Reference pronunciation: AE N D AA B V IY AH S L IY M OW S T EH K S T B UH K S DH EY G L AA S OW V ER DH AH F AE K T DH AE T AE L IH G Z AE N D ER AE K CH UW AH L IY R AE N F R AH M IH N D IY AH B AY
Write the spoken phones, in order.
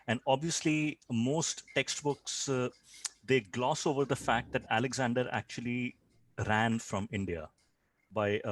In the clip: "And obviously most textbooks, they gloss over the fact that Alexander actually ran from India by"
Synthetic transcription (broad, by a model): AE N D AA B V IY AH S L IY M OW S T EH K S T B UH K S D EY G L AA S OW V ER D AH F AE K T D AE T AE L IH G Z AE N D ER AE K CH UW AH L IY R AE N F R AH M IH N D IY AH B AY